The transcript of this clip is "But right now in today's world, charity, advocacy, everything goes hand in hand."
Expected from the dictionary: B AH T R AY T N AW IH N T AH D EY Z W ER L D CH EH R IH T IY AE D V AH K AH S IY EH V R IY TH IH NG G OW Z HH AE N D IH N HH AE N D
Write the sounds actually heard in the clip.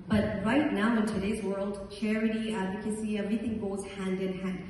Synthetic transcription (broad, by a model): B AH T R AY T N AW IH N T AH D EY Z W ER L D CH EH R IH T IY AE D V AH K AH S IY EH V R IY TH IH NG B OW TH HH AE N D IH N HH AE N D